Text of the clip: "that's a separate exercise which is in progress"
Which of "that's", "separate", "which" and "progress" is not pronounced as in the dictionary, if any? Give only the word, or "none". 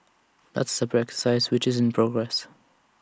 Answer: separate